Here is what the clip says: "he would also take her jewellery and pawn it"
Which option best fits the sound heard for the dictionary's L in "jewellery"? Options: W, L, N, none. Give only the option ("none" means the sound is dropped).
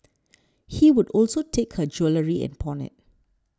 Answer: L